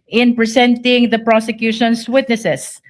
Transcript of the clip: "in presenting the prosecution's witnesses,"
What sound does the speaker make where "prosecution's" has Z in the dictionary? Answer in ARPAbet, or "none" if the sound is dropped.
S